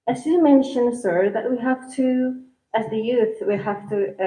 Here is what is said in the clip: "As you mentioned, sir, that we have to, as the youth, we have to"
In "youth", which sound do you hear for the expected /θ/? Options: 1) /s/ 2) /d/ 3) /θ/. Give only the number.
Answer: 3